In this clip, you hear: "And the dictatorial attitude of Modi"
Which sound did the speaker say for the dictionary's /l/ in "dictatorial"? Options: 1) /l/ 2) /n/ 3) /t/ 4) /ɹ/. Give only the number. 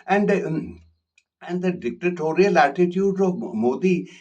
1